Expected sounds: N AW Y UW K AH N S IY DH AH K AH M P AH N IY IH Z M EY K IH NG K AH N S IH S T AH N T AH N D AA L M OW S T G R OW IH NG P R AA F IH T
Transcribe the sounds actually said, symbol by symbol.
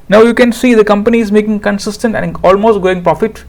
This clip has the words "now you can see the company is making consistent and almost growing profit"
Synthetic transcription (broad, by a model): N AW Y UW K AH N S IY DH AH K AH M P AH N IY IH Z M EY K IH NG K AH N S IH S T AH N T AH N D AA L M OW S T G OW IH NG P R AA F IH T